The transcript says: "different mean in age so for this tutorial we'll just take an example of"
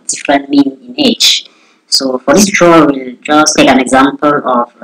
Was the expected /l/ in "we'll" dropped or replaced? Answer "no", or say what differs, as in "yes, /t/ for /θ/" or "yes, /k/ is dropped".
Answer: no